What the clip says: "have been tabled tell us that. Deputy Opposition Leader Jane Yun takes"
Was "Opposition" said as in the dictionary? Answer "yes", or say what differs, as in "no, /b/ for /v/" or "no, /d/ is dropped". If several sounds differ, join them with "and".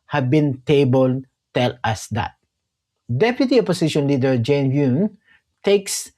no, /s/ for /z/